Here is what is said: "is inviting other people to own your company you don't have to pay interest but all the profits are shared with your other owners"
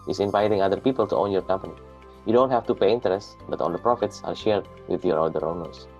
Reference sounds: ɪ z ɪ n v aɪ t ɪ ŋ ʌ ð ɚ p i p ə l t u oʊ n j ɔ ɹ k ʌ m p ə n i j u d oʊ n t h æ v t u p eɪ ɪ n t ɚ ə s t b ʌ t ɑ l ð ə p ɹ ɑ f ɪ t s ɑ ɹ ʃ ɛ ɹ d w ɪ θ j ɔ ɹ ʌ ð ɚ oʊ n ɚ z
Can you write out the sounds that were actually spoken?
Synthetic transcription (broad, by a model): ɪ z ɪ n v aɪ t ɪ ŋ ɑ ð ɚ p i p ə l t u oʊ n j ɔ ɹ k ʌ m p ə n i j u d oʊ n t h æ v t u p eɪ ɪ n t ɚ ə s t b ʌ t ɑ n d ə p ɹ ɑ f ɪ t s ɑ ɹ ʃ ɛ ɹ d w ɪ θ j ɔ ɹ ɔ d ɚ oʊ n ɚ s